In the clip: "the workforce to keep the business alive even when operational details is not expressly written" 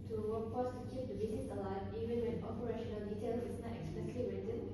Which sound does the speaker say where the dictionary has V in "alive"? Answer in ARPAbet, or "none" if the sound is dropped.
none